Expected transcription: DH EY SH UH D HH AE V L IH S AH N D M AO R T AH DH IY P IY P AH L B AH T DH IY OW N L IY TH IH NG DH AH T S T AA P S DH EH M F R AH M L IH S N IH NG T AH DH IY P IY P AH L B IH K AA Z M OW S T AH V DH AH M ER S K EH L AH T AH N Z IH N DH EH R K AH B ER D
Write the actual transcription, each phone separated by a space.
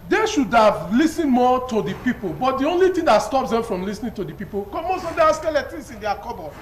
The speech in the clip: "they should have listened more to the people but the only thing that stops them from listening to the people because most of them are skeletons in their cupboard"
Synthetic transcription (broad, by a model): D EY SH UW D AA V L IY S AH N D M AO T AH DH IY P IY P AH L B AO T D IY OW N L IY T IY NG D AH T S T AA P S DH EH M F R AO M L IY S N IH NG T AH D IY P IY P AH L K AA M OW S T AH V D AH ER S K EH L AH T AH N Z IH N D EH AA K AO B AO